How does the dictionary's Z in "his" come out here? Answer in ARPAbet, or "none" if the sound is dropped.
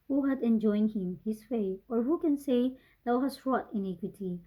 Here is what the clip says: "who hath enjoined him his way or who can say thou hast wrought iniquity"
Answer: S